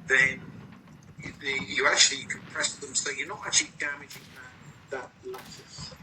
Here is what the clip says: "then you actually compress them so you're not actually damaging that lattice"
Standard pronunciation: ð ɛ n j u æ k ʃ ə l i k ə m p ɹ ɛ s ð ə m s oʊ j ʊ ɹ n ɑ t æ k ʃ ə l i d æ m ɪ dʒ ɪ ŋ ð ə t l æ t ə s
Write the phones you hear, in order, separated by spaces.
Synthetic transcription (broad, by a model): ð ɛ n j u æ k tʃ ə l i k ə p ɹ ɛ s ð ə m s oʊ j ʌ n ɑ t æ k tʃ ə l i d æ m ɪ dʒ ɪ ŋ ð ə t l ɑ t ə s